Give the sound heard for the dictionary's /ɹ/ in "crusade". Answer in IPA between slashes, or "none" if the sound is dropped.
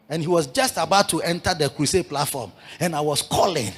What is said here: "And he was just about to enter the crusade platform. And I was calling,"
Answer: /w/